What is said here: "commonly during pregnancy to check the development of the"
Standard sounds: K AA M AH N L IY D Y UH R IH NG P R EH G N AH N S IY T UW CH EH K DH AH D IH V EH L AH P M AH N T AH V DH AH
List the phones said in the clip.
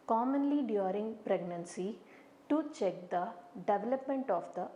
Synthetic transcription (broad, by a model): K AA M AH N L IY D Y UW R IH NG P R EH G N AH N S IY T UW CH EH K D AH D IH V EH L AH P M AH N T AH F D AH